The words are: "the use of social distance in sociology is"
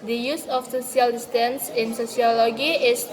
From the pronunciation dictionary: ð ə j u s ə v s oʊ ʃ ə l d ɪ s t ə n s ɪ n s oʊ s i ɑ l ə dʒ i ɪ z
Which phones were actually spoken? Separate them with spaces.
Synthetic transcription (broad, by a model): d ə j u s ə f s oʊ s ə l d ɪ s t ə n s ɪ n s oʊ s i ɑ l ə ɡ i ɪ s